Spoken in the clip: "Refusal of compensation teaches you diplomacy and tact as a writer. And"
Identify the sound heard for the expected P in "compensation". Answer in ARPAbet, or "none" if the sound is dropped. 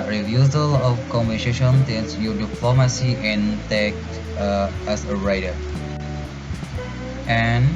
B